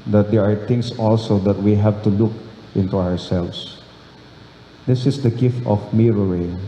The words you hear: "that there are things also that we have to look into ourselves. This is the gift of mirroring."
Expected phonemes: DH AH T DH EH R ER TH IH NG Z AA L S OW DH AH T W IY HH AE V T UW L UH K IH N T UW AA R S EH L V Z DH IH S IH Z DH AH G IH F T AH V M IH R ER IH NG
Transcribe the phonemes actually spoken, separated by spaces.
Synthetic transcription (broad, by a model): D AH T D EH R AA T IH NG S AA L S OW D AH T W IY HH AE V T UW L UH K IH N T UW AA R S EH L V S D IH S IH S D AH G IH F T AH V M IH R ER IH